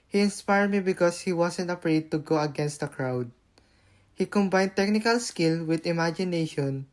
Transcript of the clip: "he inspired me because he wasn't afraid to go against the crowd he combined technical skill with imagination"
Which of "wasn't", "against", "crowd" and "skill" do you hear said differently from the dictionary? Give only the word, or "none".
wasn't